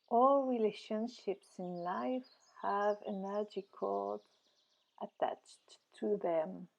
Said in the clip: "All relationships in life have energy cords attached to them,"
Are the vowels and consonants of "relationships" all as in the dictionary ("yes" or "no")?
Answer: yes